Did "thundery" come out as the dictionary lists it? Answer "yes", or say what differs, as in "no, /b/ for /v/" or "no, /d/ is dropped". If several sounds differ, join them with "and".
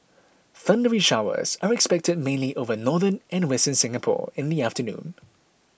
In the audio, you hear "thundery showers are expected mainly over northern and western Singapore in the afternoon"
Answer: yes